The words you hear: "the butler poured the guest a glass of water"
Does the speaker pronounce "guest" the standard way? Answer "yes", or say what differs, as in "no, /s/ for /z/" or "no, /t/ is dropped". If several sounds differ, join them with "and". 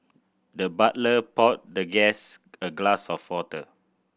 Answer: no, /t/ is dropped